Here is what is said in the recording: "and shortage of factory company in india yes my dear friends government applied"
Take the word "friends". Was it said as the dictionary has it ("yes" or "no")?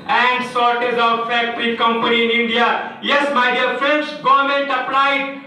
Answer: no